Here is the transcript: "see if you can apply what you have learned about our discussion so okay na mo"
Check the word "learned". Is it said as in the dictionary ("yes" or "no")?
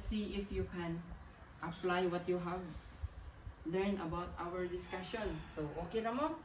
no